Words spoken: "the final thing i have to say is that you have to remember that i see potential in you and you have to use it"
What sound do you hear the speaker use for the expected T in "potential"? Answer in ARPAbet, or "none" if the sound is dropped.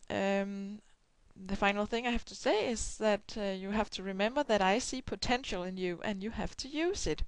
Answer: T